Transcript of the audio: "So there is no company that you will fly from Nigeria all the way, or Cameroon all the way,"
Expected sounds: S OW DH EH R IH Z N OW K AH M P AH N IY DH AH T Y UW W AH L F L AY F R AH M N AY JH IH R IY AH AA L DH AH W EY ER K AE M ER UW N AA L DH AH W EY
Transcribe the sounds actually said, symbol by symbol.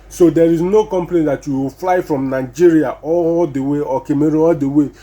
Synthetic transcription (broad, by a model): S OW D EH R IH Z N OW K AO M P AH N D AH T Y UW W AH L F L AY F R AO M N AY JH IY R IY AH AA L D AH W EY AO K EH M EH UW AA L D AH W EY